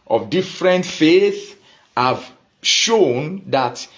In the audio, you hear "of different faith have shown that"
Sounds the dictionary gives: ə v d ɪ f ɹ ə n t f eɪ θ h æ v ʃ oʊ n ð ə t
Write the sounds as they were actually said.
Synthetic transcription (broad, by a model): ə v d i f ɹ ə n t f eɪ θ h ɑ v ʃ oʊ n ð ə t